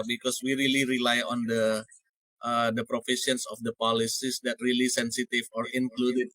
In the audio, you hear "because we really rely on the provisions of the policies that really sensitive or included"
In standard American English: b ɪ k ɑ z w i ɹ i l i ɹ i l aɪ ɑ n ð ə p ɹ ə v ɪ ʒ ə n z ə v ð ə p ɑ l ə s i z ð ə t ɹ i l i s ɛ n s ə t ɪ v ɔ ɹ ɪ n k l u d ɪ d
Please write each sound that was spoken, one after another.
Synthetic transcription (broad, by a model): b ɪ k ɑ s w i ɹ i l i ɹ i l aɪ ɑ n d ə p ɹ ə f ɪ ʃ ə n s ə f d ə p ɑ l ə s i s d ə t ɹ i l i s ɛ n s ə t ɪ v ɔ ɹ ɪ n k l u d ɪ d